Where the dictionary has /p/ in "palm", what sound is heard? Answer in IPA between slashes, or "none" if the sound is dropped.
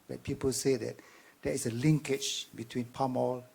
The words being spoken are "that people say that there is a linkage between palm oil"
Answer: /p/